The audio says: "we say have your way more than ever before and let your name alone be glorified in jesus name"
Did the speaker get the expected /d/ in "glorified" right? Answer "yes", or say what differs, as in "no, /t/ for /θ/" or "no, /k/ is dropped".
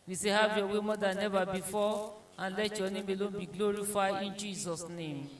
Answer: no, /d/ is dropped